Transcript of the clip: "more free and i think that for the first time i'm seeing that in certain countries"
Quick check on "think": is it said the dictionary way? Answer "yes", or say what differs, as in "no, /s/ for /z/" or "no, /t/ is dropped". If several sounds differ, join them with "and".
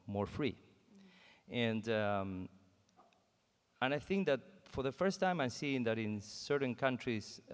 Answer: yes